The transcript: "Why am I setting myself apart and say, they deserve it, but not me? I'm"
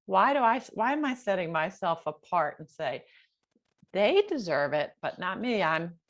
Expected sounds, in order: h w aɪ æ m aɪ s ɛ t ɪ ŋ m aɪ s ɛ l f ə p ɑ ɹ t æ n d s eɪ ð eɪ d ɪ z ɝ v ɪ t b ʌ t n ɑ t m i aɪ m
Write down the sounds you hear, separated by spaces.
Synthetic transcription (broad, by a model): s w aɪ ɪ m aɪ s ɛ t ɪ ŋ m aɪ s ɛ l f ə p ɑ ɹ t n s eɪ ð eɪ d ɪ z ɝ v ɪ t b ʌ t n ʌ t m i aɪ m